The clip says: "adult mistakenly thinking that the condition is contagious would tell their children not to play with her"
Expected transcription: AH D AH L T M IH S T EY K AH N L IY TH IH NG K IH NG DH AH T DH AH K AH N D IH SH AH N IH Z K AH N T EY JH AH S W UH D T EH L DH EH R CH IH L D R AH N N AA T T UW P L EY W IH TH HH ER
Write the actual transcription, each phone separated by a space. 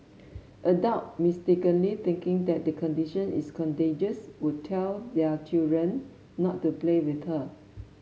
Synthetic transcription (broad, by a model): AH D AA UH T M IH S T EY K AH N L IY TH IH NG K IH NG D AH T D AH K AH N D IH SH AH N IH S K AH N T EY JH AH S W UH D T EH L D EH CH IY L D R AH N N AA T T UW P L EY W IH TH HH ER